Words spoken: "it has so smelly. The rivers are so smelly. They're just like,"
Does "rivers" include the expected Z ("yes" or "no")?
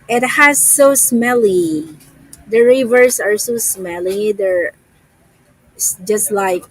no